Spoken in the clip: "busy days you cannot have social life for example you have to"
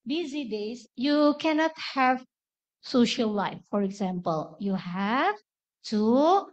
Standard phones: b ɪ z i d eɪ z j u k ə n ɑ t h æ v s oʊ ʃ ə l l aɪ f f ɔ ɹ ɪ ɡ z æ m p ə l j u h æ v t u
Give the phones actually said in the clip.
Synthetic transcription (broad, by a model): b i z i d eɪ s j u k ə n ɑ t h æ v s oʊ ʃ ə l l aɪ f f ɔ ɹ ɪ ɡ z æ m p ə l j u h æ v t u